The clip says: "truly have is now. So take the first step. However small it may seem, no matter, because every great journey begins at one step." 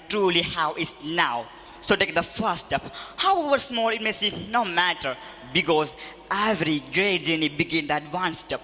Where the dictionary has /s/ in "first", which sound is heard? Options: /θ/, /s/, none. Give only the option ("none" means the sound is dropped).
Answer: none